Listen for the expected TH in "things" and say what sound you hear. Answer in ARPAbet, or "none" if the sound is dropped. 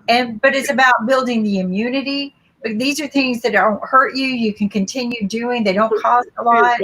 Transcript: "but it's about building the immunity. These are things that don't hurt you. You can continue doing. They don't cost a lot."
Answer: TH